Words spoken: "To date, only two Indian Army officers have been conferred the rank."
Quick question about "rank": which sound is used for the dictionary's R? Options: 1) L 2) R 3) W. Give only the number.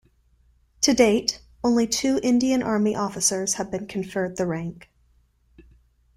2